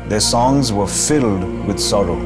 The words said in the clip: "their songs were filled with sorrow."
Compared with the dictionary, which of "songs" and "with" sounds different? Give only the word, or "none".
none